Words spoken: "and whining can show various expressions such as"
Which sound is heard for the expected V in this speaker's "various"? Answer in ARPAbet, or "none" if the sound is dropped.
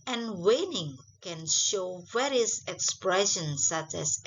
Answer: W